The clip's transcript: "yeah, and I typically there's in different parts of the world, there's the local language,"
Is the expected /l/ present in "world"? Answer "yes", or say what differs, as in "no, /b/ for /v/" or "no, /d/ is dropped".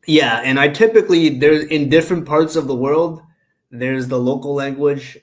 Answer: yes